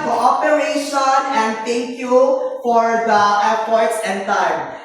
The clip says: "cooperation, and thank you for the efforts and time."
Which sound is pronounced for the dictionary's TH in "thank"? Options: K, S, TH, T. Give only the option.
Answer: T